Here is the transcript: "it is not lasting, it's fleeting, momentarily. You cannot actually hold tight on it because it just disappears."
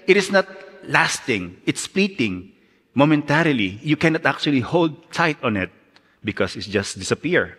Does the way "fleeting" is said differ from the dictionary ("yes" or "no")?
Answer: yes